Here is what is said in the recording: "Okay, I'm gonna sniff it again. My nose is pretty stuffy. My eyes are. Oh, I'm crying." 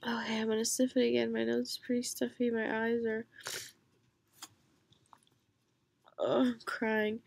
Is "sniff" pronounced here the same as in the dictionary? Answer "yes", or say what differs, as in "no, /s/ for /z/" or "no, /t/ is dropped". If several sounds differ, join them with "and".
no, /l/ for /n/